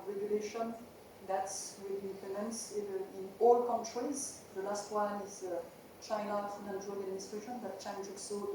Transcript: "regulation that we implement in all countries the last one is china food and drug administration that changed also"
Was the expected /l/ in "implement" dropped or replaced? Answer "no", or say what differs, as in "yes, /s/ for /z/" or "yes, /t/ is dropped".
yes, /l/ is dropped